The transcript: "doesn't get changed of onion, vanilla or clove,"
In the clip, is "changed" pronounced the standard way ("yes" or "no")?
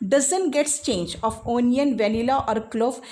no